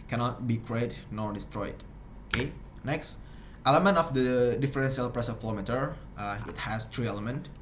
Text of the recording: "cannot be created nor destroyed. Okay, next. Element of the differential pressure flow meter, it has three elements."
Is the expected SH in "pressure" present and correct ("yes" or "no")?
no